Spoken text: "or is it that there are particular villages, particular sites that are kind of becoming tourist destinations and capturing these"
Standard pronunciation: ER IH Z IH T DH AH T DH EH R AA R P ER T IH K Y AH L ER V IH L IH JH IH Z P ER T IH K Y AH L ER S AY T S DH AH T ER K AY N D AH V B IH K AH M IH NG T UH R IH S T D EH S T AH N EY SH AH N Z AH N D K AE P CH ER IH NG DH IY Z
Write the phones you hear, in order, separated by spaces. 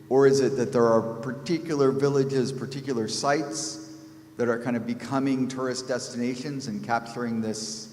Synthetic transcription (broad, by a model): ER IH Z IH T DH AH T DH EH R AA R P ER T IH K Y L ER V IH L IH JH IH Z P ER T IH K Y L ER S AY T S DH AH T ER K AY N D AH V B IH K AH M IH NG T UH R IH S D EH S T AH N EY SH AH N Z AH N K AE P CH ER IH NG DH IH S